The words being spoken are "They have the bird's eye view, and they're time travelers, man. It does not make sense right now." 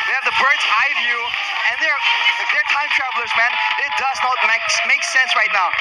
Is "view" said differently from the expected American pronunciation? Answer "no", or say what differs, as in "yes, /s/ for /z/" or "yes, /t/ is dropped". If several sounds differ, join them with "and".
no